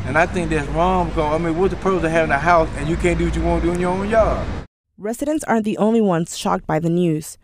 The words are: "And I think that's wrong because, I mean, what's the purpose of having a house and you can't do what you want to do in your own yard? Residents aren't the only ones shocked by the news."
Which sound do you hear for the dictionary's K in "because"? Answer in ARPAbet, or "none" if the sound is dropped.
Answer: none